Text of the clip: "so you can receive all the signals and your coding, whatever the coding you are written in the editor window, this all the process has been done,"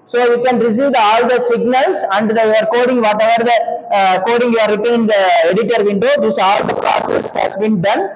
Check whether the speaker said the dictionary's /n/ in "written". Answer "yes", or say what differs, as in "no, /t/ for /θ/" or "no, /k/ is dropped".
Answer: no, /n/ is dropped